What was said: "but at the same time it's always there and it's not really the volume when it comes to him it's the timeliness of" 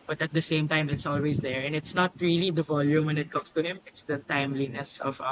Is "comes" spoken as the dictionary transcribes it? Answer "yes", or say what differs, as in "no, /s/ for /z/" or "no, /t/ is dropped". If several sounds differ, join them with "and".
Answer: no, /s/ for /z/